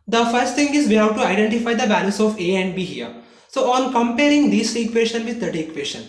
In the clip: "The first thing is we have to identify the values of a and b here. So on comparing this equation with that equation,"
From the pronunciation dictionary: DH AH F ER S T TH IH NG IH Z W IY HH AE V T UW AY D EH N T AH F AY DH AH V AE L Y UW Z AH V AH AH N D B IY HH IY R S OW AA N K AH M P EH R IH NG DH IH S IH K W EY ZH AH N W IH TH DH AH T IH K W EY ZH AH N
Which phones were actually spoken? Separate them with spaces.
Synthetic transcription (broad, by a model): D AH F ER S T T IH NG IH Z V IY HH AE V T UW AY D EH N T AH F AY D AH B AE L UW S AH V AH AH N D B IY HH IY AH S OW AA N K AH M P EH R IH NG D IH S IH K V EY SH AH N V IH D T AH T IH K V EY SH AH N